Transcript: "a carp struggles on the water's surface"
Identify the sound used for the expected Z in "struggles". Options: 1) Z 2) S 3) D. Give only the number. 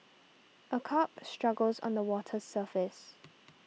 1